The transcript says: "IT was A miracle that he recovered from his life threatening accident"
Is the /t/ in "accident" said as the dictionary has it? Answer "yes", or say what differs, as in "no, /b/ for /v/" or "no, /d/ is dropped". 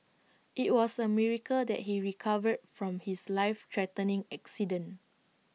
no, /t/ is dropped